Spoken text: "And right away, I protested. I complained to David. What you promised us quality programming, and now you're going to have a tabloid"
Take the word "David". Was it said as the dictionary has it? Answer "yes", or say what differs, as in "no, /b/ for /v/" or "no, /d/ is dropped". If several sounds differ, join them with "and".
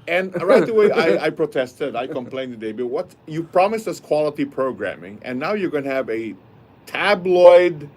no, /b/ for /v/